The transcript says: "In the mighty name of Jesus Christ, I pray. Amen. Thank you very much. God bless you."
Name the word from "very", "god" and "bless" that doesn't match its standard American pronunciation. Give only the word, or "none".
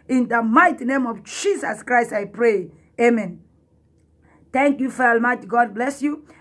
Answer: very